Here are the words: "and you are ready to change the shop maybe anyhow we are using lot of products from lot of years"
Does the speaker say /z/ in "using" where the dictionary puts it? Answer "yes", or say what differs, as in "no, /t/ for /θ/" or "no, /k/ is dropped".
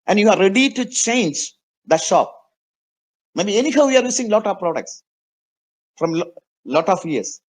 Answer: no, /s/ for /z/